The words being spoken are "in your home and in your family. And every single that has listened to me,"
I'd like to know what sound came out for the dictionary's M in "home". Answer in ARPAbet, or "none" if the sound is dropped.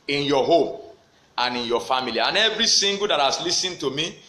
M